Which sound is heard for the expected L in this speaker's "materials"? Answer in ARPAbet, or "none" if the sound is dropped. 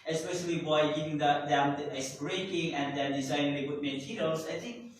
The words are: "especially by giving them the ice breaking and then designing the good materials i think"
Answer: none